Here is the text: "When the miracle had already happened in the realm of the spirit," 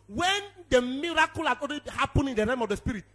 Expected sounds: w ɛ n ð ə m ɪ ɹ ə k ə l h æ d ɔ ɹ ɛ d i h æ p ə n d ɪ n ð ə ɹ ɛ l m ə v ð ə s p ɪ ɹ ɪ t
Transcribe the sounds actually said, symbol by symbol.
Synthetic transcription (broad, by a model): w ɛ n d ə m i ɹ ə k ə l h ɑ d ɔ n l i h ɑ p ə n ɪ n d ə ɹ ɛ m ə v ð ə s p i ɹ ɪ t